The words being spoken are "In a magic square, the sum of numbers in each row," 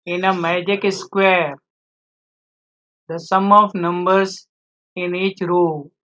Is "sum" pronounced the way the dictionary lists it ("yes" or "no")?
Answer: yes